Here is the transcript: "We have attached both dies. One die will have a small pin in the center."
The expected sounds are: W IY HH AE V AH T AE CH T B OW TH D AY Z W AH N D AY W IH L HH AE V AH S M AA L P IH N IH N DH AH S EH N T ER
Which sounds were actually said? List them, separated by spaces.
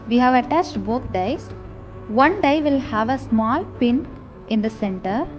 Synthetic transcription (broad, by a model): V IY HH AE V AH T AE CH T B OW T D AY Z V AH N D AY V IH L HH AE V AH S M AA L P IH N IH N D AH S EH N T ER